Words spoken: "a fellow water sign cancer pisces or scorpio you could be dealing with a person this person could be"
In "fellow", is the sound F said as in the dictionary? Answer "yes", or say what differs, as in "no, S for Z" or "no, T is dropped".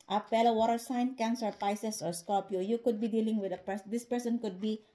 no, P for F